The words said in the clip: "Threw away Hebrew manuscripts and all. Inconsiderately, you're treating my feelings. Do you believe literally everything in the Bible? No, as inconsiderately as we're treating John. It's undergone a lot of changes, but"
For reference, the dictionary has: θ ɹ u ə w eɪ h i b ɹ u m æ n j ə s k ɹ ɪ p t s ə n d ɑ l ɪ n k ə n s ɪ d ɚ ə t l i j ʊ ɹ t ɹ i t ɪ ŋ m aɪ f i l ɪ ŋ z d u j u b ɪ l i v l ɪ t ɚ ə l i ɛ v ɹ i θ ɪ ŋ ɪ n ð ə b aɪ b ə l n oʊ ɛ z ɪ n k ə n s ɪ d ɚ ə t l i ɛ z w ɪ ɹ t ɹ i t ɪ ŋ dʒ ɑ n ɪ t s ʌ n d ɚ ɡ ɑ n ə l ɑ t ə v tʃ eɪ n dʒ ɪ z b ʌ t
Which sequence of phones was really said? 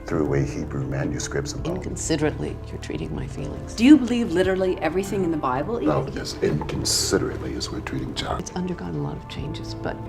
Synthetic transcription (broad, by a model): θ ɹ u ə w eɪ h i b ɹ u m æ n j ə s k ɹ ɪ p t s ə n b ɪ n k n s ɪ d ɚ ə t l i j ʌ ɹ t ɹ i t ɪ ŋ m aɪ f i l ɪ ŋ z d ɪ j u b ɪ l i v l ɪ t ɚ l i ɛ v ɹ i θ ɪ ŋ ɪ n ð ə b aɪ b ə l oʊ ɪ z ɪ n k ə n s ɪ d ɚ ə t l i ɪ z w ɪ ɹ t ɹ i t ɪ ŋ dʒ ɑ ɪ t s ʌ n d ɚ ɡ ɑ n ə l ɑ t ə v tʃ eɪ n dʒ ɪ z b ʌ t